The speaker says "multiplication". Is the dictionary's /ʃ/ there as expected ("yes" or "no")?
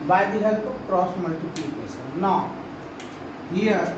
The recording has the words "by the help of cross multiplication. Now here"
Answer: no